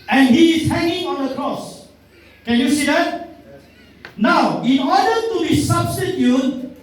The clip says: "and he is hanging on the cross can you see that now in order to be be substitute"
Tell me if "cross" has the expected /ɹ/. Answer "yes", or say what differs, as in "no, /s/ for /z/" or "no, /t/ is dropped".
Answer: yes